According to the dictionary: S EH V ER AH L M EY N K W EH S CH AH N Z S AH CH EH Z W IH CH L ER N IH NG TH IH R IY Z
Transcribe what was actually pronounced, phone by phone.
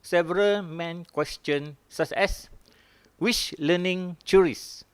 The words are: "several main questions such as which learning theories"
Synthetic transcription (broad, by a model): S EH V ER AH L M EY N K W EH S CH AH N S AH S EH S W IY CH L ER N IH NG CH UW R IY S